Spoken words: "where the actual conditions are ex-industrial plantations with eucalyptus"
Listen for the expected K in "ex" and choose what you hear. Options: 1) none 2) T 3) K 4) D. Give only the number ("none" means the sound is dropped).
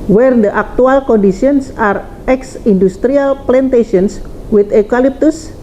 3